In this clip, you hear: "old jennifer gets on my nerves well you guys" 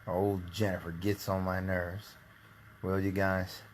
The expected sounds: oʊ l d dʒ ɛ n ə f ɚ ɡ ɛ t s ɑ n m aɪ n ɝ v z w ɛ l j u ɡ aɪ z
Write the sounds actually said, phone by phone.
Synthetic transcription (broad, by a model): oʊ l d dʒ ɛ n ə f ɚ ɡ ɛ t s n m aɪ n ɝ v z w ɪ l j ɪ ɡ aɪ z